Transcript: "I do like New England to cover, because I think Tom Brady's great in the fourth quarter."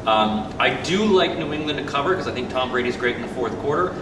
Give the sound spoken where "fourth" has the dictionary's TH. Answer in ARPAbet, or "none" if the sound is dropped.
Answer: TH